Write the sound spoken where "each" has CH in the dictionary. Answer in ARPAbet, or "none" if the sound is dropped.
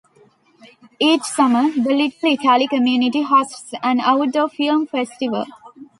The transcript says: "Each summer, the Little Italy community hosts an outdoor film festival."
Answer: CH